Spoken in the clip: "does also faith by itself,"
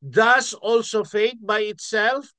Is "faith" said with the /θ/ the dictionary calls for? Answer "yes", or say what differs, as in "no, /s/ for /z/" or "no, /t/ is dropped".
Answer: no, /t/ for /θ/